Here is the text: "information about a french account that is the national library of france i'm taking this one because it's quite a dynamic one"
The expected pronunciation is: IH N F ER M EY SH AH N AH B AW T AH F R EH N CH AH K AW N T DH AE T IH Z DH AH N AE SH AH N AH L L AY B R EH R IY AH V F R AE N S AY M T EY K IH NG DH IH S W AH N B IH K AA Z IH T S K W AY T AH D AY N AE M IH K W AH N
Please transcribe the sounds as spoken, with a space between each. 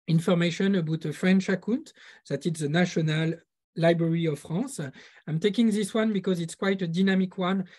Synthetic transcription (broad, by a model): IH N F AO M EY SH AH N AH B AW T AH F R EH N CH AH K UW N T DH AE T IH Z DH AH N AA SH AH N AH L L AY B R EH R IY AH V F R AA S AY M T EY K IH NG DH IH S W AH N B IH K AA Z IH T S K W AY T AH D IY N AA M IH K W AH N